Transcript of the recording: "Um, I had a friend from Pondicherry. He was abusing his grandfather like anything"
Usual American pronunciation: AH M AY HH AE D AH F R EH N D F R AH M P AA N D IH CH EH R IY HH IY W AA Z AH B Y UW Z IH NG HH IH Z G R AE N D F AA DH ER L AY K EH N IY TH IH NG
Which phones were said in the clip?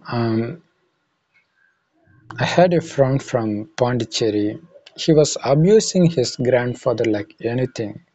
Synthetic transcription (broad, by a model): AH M AY HH AE D AH F R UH N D F R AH M P AA N D IH CH EH R IY HH IY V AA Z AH B Y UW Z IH NG HH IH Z G R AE N D F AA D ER L AY K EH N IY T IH NG